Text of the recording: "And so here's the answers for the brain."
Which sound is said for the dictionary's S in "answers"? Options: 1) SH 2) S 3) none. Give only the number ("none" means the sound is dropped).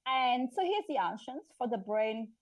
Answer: 1